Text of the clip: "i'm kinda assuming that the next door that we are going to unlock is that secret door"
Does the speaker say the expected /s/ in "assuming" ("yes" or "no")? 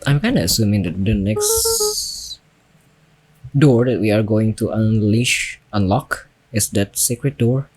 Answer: yes